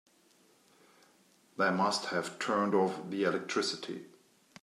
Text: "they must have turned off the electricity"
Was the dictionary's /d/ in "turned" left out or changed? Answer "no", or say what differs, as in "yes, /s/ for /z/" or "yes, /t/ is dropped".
no